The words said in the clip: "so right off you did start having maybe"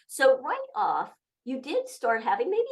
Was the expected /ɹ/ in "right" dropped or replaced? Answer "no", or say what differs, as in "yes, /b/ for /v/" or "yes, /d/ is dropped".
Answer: yes, /w/ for /ɹ/